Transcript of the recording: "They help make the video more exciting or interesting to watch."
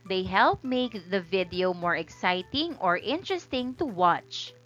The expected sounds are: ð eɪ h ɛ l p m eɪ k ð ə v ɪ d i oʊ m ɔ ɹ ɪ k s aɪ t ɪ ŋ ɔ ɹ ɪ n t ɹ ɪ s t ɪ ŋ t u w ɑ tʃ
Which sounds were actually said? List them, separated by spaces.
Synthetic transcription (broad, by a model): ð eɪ h ɛ l p m eɪ k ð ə v ɪ d i oʊ m ɔ ɹ ɪ k s aɪ t ɪ ŋ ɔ ɹ ɪ n t ɹ ɪ s t ɪ ŋ t u w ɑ tʃ